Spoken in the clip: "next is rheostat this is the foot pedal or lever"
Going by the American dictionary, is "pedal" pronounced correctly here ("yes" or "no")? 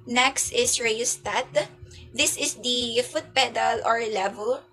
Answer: yes